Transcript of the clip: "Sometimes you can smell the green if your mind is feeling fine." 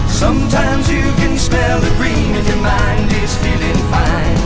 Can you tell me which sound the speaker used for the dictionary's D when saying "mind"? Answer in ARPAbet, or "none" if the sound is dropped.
D